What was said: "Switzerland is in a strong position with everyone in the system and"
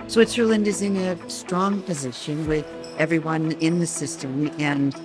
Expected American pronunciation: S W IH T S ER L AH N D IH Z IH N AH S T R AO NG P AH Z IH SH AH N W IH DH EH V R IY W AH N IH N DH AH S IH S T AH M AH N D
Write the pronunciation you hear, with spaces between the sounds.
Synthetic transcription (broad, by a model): S W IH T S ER L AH N D IH Z IH N AH S T R AO NG P AH Z IH SH AH N W IH DH EH V R IY W AH N IH N DH AH S IH S T AH M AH N